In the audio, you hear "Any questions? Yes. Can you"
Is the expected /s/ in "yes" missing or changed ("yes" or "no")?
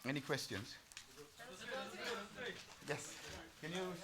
no